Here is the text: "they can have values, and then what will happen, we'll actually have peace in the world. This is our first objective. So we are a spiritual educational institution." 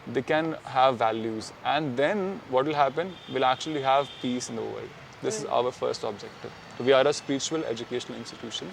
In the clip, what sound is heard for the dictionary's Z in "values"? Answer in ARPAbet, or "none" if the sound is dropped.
Z